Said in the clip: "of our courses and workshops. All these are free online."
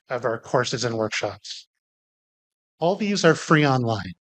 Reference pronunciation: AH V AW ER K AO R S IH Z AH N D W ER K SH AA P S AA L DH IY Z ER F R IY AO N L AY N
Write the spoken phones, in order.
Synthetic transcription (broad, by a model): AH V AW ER K AO R S IH Z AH N W ER K SH AA P S AA L DH IY Z ER F R IY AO N L AY N